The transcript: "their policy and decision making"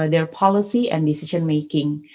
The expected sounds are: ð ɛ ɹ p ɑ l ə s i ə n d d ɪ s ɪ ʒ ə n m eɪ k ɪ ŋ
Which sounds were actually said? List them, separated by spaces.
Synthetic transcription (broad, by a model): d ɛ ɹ p ɑ l ə s i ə n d d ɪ s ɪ ʃ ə n m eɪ k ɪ ŋ